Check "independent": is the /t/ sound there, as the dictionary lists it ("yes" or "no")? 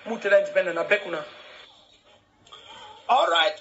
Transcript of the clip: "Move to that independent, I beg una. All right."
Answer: no